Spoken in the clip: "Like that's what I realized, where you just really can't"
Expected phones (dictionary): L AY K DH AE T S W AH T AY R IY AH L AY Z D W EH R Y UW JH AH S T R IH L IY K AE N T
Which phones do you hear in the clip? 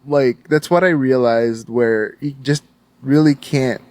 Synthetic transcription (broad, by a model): L AY K DH AE T S W AH T AY R IY AH L AY Z D W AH R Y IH JH AH S T R IH L IY K AE N T